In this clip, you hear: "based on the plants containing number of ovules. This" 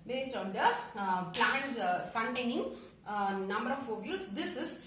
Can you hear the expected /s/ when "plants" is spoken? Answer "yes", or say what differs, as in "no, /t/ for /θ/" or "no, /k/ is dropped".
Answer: no, /s/ is dropped